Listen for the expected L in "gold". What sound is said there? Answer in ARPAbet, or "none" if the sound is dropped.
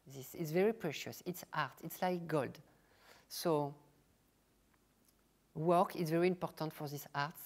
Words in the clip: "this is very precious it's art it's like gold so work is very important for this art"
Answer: L